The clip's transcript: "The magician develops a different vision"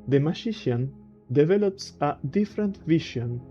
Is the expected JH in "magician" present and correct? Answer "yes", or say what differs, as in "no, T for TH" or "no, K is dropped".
no, SH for JH